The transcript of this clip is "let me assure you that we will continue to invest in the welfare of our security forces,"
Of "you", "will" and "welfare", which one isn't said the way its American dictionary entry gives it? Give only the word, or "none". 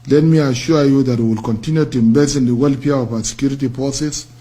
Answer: welfare